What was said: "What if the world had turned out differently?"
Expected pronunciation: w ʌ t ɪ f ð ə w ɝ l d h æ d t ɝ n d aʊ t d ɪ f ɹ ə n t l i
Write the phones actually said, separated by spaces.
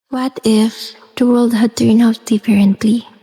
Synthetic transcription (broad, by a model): w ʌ t ɪ f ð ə w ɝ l d h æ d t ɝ n aʊ t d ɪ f ɹ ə n t l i